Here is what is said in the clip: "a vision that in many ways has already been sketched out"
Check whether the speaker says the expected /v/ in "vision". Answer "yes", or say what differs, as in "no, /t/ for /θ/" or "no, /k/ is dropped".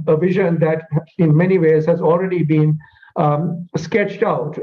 yes